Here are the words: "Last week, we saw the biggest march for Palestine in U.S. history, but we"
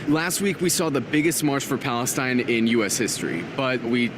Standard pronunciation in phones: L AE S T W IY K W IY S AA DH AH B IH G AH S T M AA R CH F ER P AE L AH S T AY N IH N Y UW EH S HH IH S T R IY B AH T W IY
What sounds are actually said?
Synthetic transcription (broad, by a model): L AE S T W IY K W IY S AA DH AH B IH G AH S T M AA R CH F ER P AE L AH S T AY N IH N Y UW EH S HH IH S T R IY B AH T W IY